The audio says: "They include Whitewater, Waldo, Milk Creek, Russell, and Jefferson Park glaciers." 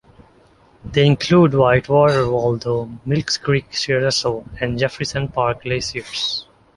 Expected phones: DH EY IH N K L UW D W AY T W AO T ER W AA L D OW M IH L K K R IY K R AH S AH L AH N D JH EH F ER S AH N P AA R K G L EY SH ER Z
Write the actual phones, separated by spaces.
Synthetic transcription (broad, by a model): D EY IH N K L UW D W AY T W AO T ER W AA L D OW M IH L K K R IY K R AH S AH AH N D JH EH F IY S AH N P AA R K L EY S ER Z